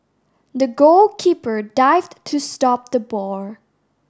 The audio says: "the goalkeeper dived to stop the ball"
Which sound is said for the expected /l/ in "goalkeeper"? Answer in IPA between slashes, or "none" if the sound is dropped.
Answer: /l/